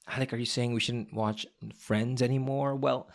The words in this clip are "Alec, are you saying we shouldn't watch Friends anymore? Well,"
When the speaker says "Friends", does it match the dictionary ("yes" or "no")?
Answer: yes